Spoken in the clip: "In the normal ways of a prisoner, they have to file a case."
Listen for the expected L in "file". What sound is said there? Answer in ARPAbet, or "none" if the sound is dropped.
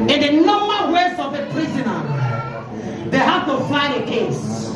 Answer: N